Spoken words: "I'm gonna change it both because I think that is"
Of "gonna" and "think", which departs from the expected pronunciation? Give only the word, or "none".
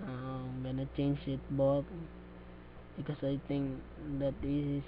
think